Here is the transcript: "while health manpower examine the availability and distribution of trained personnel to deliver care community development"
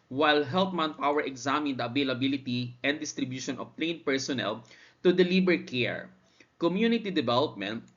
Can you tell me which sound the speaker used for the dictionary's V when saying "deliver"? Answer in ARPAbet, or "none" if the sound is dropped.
B